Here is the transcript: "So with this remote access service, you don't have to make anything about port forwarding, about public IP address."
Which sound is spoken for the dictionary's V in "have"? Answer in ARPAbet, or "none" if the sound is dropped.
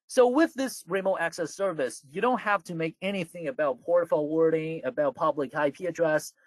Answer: F